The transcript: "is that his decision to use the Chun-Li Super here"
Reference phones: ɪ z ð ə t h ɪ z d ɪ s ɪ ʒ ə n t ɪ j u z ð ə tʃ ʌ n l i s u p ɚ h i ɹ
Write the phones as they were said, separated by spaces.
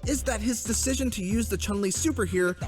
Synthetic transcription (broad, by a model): ɪ z ð ə t h ɪ z d ɪ s ɪ ʒ ə n t ɪ j u z ð ə tʃ ʌ n l i s u p ɚ h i ɹ